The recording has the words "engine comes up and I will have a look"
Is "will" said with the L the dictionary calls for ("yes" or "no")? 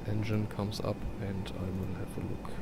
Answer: no